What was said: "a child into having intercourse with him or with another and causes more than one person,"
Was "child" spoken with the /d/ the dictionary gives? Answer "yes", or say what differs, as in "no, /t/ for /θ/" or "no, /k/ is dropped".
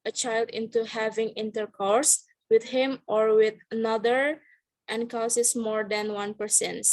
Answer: yes